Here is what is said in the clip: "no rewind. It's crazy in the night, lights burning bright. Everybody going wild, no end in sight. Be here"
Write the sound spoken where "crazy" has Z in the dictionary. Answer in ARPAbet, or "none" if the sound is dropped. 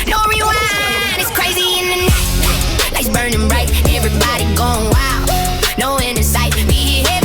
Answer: Z